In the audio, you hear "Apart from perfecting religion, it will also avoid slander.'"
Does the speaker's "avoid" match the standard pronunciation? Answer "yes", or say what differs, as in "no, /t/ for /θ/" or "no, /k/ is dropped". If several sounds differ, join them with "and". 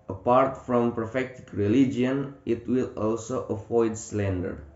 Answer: no, /f/ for /v/